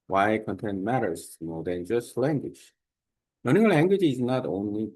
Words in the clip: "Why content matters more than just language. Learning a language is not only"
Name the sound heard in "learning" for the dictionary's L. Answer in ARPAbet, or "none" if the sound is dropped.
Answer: N